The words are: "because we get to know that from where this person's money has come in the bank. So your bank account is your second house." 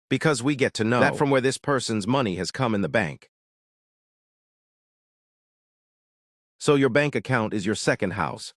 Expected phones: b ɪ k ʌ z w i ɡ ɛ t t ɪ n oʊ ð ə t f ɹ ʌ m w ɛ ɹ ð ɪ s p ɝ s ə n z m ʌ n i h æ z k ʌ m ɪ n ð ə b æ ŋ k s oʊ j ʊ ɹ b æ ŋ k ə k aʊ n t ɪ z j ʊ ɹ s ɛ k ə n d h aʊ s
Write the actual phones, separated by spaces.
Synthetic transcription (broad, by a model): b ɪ k ʌ z w i ɡ ɛ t t ɪ n oʊ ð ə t f ɹ ʌ m w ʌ ɹ ð ɪ s p ɝ s ə n z m ʌ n i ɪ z k ʌ m ɪ n ð ə b æ ŋ k s oʊ j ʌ ɹ b æ ŋ k ə k aʊ n t ɪ z j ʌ ɹ s ɛ k ə n d h aʊ s